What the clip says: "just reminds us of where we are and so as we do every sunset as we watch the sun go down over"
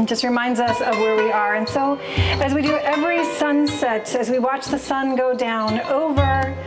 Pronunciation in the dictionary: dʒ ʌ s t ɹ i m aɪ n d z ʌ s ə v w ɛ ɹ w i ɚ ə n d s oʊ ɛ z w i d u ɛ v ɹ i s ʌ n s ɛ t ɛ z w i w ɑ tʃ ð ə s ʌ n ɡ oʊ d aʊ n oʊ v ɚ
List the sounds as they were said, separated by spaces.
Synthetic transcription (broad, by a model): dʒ ʌ s t ɹ i m aɪ n d z ʌ s ə v w ɛ ɹ w i ɚ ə n s oʊ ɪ z w i d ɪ ɛ v ɹ i s ʌ n s ɛ t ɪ z w i w ɑ tʃ ð ə s ʌ n ɡ oʊ d aʊ n oʊ v ɚ